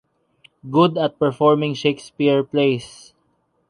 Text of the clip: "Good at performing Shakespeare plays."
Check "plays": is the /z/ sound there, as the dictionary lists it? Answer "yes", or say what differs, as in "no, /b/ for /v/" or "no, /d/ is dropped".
no, /s/ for /z/